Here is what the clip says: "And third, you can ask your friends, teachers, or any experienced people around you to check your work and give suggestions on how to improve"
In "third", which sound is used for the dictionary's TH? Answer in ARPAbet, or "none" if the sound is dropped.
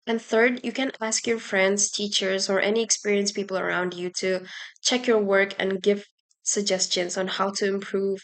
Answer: TH